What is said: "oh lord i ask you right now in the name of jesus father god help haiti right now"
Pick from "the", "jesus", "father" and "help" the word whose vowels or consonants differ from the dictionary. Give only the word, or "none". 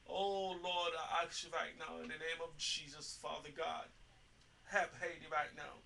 help